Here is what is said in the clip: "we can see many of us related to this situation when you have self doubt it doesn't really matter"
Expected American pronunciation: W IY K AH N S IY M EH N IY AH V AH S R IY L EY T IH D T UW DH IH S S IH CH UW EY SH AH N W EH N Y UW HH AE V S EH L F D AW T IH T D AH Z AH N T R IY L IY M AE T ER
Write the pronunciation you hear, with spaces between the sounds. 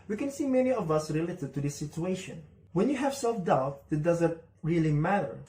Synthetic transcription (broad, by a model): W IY K AH N S IY M EH N IY AH V AH S R IY L EY T IH D T UW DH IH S S IH CH UW EY SH AH N W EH N Y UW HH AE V S EH L F D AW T IH T D AH Z AH N T R IY L IY M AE T ER